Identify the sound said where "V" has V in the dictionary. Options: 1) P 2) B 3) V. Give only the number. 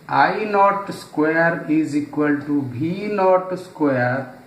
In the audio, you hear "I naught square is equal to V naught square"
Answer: 2